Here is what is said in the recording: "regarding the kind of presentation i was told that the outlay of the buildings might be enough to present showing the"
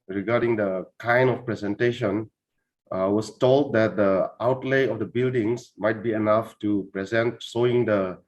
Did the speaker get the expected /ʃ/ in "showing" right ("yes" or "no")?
no